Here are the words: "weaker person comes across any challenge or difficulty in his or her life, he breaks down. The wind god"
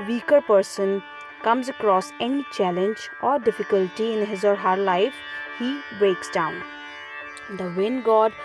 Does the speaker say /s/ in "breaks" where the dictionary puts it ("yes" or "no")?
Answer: yes